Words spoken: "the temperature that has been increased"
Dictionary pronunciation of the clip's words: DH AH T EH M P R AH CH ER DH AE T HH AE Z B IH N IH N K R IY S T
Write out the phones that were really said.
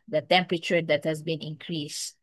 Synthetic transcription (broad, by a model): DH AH T EH M P R AH CH ER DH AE T HH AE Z B IH N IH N K R IY S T